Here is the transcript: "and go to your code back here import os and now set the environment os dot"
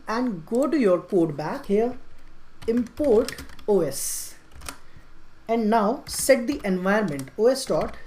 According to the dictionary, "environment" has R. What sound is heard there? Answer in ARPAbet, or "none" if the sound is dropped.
none